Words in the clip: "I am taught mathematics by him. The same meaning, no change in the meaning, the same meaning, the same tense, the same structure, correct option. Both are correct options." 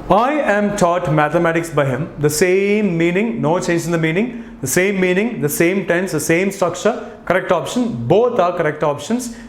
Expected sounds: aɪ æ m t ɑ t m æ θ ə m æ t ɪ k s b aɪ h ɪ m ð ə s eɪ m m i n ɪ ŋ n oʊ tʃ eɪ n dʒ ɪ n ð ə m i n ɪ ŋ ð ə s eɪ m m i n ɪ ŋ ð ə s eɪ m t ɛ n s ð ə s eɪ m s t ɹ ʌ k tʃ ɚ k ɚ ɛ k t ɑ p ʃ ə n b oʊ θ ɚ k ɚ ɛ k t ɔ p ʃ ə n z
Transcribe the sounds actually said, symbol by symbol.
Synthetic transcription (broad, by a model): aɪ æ m t ɑ t m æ t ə m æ t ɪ k s b aɪ h ɪ m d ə s eɪ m m i n ɪ ŋ n oʊ tʃ eɪ n dʒ ɪ n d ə m i n ɪ ŋ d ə s eɪ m m i n ɪ ŋ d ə s eɪ m t ɛ n s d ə s eɪ m s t ʌ k ʃ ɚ k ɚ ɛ k t ɑ p ʃ ə n b oʊ t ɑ k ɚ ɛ k t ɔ p ʃ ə n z